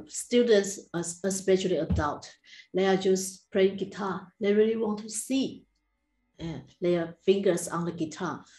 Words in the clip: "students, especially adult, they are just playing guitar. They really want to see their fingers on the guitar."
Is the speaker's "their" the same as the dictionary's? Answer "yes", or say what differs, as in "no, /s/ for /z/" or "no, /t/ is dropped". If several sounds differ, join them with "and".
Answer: no, /l/ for /ɹ/